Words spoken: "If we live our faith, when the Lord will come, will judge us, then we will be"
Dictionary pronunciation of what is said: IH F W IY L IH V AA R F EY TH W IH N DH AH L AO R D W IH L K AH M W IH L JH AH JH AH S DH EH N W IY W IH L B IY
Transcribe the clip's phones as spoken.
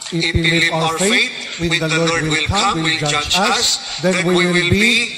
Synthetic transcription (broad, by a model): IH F W IY L IH V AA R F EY T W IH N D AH L AO R D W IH L K AH M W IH L JH AH JH AH S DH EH N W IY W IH L B IY